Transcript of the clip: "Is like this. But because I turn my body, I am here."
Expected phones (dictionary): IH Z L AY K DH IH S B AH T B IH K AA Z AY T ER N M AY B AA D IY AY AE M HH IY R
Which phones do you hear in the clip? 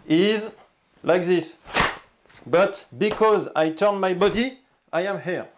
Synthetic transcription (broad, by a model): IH Z L AY K DH IH S B AH T B IH K AA Z AY T ER N M AY B AA D IY AY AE M HH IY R